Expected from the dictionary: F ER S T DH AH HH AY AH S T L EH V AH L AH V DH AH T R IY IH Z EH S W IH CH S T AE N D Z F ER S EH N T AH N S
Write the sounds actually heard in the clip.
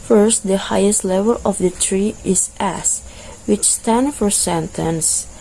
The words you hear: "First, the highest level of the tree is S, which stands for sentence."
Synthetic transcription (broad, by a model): F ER S T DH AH HH AY AH S T L EH V AH L AH V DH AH T R IY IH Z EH S W IH CH S T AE N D F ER S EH N T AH N S